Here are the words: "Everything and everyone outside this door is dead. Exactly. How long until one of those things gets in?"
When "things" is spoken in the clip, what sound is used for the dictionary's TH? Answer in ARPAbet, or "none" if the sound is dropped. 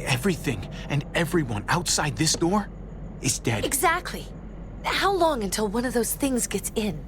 TH